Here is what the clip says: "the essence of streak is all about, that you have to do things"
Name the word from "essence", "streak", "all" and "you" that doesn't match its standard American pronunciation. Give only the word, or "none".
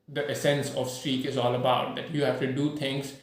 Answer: none